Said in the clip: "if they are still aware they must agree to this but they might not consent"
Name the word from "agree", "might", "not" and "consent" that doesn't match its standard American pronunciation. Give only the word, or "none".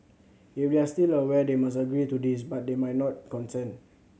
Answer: consent